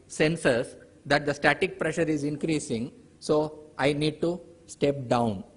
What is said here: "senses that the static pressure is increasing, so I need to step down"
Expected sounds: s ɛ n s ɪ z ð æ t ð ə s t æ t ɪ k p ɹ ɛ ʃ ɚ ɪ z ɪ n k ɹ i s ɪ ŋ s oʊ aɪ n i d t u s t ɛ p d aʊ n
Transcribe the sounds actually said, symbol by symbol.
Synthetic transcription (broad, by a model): s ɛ n s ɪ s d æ t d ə s t æ t ɪ k p ɹ ɛ ʃ ɚ ɪ z ɪ n k ɹ i s ɪ ŋ s oʊ aɪ n i d t u s t ɛ p d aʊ n